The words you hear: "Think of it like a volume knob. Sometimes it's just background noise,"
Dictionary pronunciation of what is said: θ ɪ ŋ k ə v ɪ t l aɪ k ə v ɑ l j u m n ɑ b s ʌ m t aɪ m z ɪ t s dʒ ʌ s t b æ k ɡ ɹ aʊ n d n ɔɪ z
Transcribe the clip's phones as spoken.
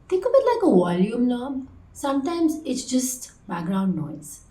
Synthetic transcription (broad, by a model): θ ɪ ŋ k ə b ɪ t l aɪ k ə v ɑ l j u m n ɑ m s ʌ m t aɪ m z ɪ t s dʒ ʌ s t b æ k ɡ ɹ aʊ n d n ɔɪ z